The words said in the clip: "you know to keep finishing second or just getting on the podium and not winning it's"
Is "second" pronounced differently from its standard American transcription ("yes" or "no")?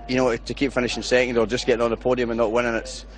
yes